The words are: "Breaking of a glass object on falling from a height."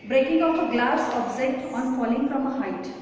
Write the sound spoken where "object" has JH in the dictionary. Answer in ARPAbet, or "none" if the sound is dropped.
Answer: Z